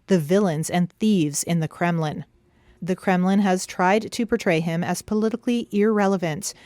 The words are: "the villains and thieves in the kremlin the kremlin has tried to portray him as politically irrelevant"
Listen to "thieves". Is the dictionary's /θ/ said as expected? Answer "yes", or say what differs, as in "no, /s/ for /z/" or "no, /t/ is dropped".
yes